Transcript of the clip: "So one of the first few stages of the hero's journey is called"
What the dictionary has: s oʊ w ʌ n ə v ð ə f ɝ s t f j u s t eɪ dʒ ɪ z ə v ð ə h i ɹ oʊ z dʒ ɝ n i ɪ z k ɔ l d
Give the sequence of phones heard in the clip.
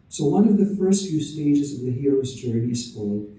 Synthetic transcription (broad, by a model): s oʊ w ʌ n ə v ð ə f ɝ s t f j u s t eɪ dʒ ɪ z ə v ð ə h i ɹ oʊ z dʒ ɝ n i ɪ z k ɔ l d